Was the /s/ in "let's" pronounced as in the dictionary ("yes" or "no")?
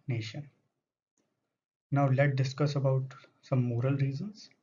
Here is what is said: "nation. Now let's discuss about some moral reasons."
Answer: no